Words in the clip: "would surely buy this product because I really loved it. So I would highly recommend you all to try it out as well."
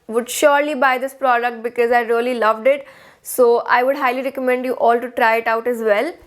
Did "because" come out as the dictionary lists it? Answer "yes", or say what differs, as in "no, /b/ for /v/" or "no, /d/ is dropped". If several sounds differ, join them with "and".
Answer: yes